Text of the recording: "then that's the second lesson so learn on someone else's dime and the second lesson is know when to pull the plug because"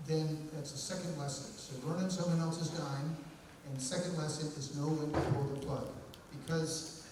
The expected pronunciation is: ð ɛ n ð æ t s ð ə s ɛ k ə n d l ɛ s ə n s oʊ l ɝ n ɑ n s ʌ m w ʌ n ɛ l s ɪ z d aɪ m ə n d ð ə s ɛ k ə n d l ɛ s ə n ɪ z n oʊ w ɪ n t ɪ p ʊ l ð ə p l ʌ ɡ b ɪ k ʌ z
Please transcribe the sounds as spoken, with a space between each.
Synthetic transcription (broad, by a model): ð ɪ n ð æ t s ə s ɛ k ə n d l ɛ s ə n s oʊ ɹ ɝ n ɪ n s ʌ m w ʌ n ɛ l s ɪ z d aɪ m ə n ð ə s ɛ k ə n d l ɛ s ə n ɪ z n oʊ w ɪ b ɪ f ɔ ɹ ð ə p l ʌ ɡ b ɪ k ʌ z